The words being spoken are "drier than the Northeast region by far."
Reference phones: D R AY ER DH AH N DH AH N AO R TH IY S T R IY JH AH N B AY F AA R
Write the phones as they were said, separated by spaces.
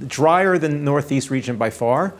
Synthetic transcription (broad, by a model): D R AY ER AH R DH AH N AO R TH IY S T R IY JH AH N B AY F AA R